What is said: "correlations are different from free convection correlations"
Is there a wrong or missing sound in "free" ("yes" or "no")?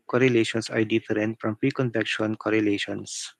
yes